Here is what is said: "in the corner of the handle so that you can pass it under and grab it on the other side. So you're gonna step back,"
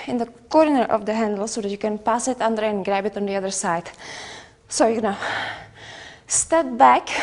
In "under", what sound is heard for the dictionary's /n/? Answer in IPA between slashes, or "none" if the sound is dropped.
/n/